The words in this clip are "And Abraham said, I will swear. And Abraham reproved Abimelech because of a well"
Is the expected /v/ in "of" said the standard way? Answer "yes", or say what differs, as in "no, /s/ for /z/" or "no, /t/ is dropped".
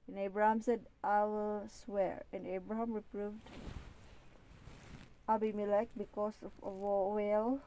no, /w/ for /v/